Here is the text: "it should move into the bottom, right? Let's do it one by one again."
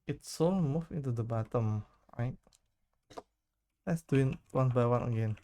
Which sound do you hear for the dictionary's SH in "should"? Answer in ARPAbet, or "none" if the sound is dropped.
S